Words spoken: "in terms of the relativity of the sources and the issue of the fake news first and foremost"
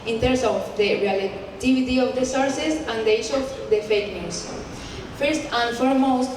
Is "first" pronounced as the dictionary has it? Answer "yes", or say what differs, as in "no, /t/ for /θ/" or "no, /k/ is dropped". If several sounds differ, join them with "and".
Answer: yes